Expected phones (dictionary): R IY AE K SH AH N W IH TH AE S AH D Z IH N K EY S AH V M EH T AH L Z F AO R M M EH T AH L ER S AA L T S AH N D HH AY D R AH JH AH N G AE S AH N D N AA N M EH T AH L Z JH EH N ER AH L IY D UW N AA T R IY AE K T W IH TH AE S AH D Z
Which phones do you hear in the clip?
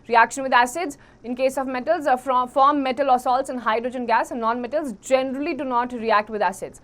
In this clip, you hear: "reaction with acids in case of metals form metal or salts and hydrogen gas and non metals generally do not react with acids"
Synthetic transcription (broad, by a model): R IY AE K SH AH N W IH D AE S AH D Z IH N K EY S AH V M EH T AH L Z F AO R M M EH T AH L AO S AA L T S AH N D HH AY D R AH JH AH N G AE S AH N N AA N M EH T AH L Z JH EH N ER AH L IY D UW N AA T R IY AE K T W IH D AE S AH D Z